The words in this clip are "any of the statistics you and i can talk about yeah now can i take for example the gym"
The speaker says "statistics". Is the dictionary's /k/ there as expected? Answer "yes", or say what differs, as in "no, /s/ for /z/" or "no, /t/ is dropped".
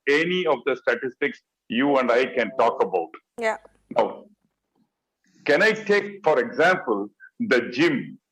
yes